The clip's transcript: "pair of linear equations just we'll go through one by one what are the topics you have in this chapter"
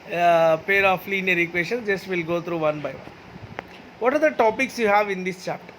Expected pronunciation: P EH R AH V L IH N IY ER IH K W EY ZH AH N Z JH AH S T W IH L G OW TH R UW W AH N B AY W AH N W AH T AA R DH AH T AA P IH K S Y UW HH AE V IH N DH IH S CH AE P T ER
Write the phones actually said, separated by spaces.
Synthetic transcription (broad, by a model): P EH R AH F L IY N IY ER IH K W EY SH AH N JH AH S T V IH L G OW T R UW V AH N B AY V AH N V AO T AA R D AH T AA P IH K S Y UW HH AE V IH N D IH S CH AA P T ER